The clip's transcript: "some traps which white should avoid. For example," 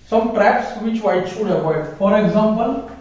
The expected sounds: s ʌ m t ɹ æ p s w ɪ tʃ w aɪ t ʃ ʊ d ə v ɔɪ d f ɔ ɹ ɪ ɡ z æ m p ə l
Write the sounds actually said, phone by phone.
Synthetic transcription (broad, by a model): s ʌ m t ɹ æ p s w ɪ tʃ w aɪ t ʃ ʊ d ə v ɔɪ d f ɔ ɹ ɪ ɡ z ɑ m p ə l